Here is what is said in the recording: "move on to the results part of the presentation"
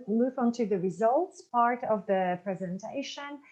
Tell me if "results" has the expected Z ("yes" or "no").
yes